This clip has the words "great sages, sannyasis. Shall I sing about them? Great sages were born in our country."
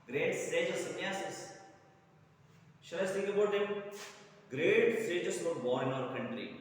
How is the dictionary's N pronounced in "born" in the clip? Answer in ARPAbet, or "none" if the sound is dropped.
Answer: none